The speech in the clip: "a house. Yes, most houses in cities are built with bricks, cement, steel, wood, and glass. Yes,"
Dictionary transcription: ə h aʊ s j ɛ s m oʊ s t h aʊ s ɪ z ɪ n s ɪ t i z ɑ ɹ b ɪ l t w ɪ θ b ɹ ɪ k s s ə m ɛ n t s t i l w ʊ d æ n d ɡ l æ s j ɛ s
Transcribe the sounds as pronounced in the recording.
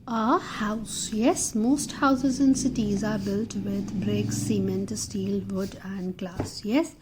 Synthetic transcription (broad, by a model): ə h aʊ s j ɛ s m oʊ s t h aʊ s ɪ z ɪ n s ɪ t i z ɑ ɹ b ɪ l t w ɪ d b ɹ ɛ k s s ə m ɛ n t s t i l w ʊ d æ n d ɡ l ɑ s j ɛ s